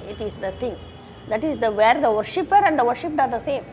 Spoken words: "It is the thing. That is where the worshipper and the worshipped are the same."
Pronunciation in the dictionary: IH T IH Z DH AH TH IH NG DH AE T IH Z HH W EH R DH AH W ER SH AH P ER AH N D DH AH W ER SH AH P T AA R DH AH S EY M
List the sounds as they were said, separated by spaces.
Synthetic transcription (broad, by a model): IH T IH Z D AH T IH NG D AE T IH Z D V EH R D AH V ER SH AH P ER AH N D AH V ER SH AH P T AA R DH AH S EY M